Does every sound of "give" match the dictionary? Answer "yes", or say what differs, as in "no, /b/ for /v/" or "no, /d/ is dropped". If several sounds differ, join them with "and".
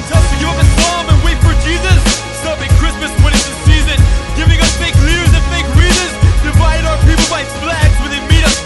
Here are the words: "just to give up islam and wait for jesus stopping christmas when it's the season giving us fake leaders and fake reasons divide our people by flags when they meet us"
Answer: no, /v/ is dropped